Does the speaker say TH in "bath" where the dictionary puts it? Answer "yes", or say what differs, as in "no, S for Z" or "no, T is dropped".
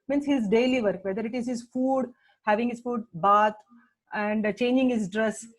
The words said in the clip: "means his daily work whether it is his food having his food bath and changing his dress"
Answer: no, T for TH